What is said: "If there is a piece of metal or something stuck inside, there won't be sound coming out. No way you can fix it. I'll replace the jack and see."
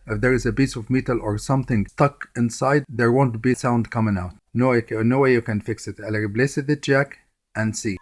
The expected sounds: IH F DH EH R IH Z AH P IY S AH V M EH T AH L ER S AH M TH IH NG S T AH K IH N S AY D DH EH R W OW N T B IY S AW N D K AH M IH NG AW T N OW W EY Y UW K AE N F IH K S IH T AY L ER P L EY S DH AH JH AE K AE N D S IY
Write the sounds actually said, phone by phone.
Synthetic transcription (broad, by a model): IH F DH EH R IH Z AH B IY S AH V M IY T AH L ER S AH M TH IH NG S T AH K IH N S AY D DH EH R W OW N T B IY S AW N D K AH M IH NG AW T N OW W EY Y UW K AE N F IH K S IH T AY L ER B L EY S DH AH JH AE K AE N D S IY